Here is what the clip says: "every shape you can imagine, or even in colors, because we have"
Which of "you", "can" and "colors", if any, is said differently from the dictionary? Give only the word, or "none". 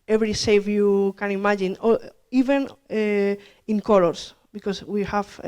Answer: colors